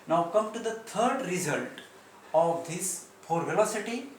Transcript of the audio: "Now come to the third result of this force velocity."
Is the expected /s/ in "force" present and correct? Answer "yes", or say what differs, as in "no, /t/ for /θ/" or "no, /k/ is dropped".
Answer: no, /s/ is dropped